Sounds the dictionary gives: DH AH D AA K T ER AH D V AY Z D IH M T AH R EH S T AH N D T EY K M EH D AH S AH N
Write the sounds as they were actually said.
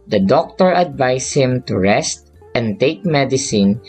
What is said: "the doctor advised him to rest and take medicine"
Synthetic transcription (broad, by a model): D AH D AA K T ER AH D V AY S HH IH M T AH R EH S T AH N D T EY K M EH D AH S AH N